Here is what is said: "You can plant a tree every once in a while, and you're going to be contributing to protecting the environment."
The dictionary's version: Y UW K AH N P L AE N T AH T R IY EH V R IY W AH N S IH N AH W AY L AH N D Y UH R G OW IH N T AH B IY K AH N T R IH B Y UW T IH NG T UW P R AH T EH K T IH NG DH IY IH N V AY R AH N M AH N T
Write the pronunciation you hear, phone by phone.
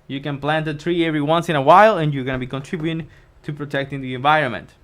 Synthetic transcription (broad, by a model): Y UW K AH N P L AE N T AH T R IY EH V R IY W AH N S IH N AH W AY L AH N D Y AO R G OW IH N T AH B IY K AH N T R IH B Y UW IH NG T UW P R AH T EH K T IH NG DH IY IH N V AY R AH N M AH N T